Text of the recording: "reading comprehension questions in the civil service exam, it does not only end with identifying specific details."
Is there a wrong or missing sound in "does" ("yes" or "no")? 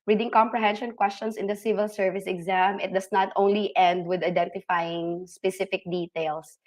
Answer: yes